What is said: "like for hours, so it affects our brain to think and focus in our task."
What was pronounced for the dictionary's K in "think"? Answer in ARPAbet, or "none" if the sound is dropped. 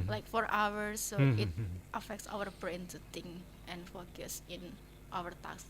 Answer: none